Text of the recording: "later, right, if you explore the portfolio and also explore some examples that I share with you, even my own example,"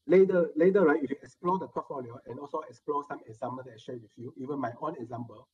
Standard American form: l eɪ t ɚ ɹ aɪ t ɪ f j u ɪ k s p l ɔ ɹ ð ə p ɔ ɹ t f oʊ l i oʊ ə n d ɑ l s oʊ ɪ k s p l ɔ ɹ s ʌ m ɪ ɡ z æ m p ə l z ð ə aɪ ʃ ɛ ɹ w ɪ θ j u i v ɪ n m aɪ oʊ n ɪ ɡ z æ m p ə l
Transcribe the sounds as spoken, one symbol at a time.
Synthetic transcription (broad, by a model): l eɪ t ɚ ɹ aɪ t ɪ f j u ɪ k s p l ɔ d ə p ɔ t f oʊ l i oʊ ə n ɑ l s oʊ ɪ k s p l ɔ s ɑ m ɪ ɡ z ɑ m ə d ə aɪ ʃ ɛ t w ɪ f j u i v ɪ n m aɪ oʊ n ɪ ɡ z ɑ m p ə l